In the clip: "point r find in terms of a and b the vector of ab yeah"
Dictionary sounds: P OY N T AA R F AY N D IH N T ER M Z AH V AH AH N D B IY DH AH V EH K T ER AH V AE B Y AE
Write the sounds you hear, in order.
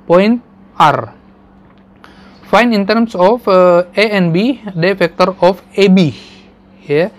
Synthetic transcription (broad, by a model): P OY N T AA R F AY N IH N T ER M S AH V AH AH N B IY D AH F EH K T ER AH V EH B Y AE